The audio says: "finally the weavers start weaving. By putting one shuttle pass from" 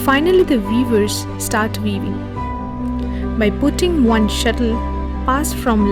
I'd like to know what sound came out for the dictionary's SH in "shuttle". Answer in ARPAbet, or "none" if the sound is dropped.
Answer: SH